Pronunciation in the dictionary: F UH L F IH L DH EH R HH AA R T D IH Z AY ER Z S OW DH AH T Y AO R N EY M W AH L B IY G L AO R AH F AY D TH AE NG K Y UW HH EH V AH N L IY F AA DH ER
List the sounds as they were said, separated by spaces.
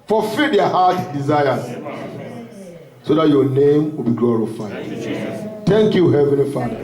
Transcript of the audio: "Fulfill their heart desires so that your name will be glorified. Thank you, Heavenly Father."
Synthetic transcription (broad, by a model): F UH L F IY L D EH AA HH AA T D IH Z AY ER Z S OW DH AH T Y AO N EY M W AH L B IY G L AO R AH F AY D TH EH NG K Y UW HH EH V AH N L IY F AA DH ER